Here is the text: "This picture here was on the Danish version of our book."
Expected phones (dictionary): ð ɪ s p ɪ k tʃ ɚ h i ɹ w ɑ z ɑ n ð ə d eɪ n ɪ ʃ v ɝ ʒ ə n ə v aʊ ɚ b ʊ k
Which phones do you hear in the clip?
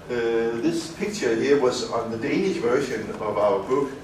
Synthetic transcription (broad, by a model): ð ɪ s p ɪ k tʃ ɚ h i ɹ w ɑ z n ð ə d eɪ n ɪ ʃ v ɝ ʃ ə n ə v aʊ ɚ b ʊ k